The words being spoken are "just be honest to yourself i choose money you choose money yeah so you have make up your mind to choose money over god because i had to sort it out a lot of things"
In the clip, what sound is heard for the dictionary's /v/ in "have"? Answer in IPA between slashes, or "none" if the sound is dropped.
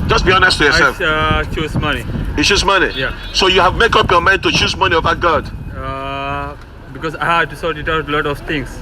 /v/